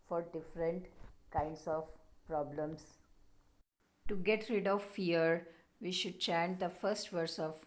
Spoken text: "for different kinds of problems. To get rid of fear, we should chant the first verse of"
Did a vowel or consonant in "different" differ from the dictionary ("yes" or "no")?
no